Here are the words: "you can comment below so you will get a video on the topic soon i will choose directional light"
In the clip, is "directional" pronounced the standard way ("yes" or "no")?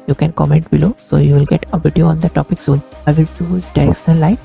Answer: no